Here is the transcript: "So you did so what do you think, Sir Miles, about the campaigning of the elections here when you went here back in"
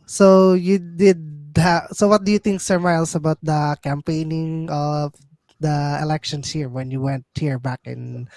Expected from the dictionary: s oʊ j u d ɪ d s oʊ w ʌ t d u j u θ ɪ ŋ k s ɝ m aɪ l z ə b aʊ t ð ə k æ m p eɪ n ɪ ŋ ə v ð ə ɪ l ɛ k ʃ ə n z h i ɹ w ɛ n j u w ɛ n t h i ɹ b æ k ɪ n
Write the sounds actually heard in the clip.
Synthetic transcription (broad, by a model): s oʊ j u d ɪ d s oʊ w ʌ t d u j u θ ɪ ŋ k s ɝ m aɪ l s ə b aʊ t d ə k æ m p eɪ n ɪ ŋ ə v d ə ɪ l ɛ k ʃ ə n s h i ɹ w ɛ n j u w ɛ n t h i ɹ b æ k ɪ n